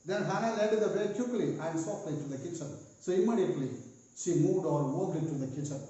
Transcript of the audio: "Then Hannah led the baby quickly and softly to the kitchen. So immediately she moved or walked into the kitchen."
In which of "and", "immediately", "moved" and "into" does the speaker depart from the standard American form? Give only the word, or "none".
into